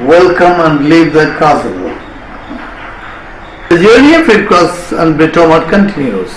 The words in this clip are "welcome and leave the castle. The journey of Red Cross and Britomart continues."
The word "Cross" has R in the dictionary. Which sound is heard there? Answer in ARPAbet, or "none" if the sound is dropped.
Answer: none